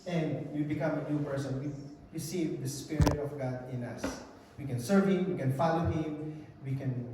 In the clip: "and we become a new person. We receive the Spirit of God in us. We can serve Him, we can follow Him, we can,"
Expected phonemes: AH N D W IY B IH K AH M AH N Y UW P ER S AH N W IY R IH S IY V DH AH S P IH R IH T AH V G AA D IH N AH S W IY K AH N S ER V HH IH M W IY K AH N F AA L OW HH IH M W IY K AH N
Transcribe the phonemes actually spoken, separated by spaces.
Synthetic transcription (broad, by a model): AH N D W IY B IH K AH M AH N Y UW P ER S AH N W IY R IH S IY V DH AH S P IH R IH T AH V G AA D IH N AH S W IY K AH N S ER V HH IH M W IY K AH N F AA L OW HH IH M W IY K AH N